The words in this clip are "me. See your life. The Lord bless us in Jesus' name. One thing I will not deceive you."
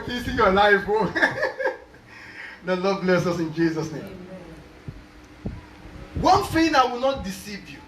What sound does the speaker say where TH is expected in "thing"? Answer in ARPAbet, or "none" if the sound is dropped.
F